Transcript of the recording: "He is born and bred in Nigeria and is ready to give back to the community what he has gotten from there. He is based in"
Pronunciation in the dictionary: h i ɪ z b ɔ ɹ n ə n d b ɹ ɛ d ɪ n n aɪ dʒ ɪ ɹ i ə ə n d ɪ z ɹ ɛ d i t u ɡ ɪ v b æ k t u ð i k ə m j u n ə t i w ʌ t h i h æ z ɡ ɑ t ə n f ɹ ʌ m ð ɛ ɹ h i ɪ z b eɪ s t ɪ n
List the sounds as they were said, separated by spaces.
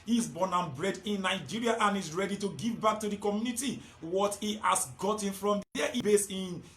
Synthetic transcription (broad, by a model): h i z b ɔ n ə n b ɹ ɛ d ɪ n n aɪ dʒ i ɹ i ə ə n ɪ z ɹ ɛ d i t u ɡ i v b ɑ k t u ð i k ə m j u n ə t i w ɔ t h i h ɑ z ɡ ɑ t ə n f ɹ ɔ m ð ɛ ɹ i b eɪ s ɪ n